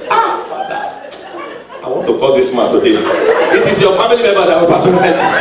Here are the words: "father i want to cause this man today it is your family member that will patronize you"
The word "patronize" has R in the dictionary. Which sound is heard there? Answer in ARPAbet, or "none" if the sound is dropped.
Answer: none